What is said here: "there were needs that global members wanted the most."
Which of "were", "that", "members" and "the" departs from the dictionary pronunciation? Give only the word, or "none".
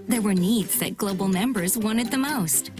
none